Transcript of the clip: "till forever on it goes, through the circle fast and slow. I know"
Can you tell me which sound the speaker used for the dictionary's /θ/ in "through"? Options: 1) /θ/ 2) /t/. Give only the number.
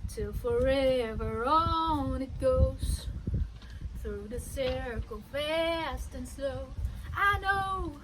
1